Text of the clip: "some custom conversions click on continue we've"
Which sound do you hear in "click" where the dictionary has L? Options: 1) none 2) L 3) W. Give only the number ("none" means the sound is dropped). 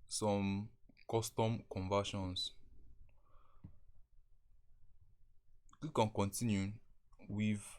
1